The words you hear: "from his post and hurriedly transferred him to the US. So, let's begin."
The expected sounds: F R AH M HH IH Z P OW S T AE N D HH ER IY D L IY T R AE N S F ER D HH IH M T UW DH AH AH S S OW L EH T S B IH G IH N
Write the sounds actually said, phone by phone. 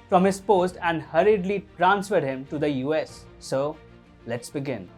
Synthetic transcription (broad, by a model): F R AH M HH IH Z P OW S T AE N D HH ER IY D L IY T R AE N S F ER D HH IH M T UW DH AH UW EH S OW L EH T S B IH G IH N